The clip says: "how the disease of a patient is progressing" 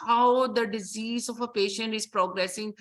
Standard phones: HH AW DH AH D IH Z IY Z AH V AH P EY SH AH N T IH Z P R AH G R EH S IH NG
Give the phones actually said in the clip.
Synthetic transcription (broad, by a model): HH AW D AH D IH Z IY Z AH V AH P EY SH AH N T IH Z P R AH G R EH S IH NG